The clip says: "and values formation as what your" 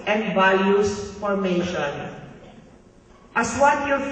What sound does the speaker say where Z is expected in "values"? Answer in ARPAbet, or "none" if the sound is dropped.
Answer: S